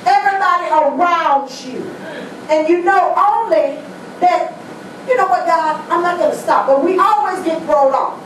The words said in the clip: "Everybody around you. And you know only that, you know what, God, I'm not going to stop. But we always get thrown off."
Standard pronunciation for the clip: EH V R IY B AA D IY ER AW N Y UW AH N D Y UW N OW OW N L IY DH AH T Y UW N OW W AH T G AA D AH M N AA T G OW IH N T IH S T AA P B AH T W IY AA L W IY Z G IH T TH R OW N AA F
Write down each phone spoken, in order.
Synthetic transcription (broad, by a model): EH V R IY B AA D IY ER AW N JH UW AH N Y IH N OW OW N L IY DH AH T Y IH N OW W AH T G AA AH M N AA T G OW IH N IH S T AA P B AH T W IY AA L W IY Z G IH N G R OW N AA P